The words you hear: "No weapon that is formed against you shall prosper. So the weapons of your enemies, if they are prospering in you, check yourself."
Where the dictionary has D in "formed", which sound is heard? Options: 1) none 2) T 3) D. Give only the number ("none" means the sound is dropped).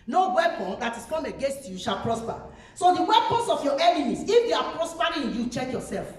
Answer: 1